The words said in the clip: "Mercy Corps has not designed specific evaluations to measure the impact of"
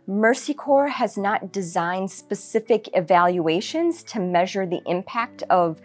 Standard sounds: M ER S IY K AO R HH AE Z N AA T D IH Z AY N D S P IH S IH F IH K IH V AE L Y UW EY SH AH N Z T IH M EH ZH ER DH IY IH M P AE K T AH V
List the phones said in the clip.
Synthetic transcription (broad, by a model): M ER S IY K AO R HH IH Z N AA T D IH Z AY N D S P IH S IH F IH K IH V AE L Y UW EY SH AH N Z T IH M EH ZH ER DH IY IH M P AE K T AH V